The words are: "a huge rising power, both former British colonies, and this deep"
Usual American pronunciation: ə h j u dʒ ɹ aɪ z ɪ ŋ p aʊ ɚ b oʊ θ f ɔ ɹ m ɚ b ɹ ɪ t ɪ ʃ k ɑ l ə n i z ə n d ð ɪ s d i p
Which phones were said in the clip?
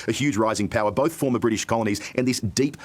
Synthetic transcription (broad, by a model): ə h j u dʒ ɹ aɪ z ɪ ŋ p aʊ ɚ b oʊ θ f ɔ ɹ m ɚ b ɹ ɪ t ɪ ʃ k ɑ l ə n i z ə n ð ɪ s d i p